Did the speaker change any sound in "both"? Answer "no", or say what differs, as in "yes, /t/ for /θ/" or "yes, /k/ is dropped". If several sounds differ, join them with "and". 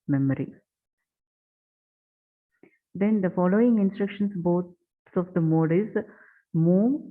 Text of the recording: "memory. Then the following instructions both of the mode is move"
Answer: yes, /s/ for /θ/